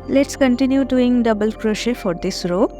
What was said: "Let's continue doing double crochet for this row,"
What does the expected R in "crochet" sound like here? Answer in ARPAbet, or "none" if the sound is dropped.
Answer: R